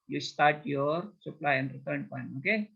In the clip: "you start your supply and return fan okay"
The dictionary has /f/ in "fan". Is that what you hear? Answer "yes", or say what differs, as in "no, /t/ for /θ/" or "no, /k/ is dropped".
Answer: no, /p/ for /f/